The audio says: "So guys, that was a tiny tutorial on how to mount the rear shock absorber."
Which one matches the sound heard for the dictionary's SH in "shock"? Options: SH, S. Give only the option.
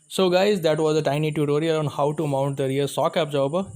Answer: S